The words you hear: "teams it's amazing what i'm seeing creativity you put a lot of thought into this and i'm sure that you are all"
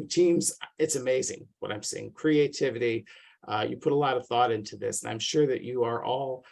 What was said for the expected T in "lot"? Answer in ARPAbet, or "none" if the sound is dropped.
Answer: T